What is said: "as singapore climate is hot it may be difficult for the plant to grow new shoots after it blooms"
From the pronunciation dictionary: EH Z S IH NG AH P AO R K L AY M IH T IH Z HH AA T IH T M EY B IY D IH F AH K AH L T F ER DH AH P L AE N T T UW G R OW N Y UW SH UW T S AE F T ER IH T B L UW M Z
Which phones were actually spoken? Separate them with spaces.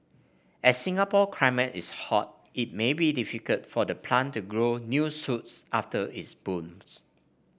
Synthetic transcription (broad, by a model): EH S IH NG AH P AO K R AY M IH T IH S HH AA T IH T M EY B IY D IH F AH K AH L T F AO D AH P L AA N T T UW G R OW N Y UW S UW T S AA F T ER IH T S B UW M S